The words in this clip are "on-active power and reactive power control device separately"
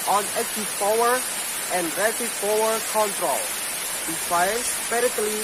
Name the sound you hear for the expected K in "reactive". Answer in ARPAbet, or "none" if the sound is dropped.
none